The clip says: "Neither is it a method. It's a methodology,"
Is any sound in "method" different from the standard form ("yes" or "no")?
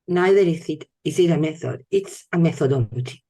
no